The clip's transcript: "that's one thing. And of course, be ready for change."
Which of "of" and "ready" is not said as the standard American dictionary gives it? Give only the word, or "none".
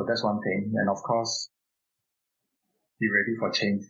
of